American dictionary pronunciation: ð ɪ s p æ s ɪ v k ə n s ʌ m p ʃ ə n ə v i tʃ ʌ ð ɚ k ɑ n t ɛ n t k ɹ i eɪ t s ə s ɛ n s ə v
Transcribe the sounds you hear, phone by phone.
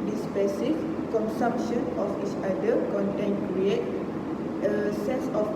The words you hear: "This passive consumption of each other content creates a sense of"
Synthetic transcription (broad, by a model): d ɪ s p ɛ s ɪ f k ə n s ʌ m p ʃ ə n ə f i tʃ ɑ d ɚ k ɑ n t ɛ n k ɹ i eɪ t ə s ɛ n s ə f